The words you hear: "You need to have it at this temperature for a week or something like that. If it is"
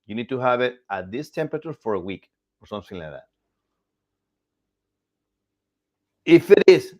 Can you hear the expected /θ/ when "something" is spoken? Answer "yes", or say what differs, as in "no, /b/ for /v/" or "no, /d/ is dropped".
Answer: no, /s/ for /θ/